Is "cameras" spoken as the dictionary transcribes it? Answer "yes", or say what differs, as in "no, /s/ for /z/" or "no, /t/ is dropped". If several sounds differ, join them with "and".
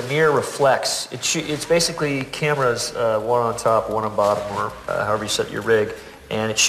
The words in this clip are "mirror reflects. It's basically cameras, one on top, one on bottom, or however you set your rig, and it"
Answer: yes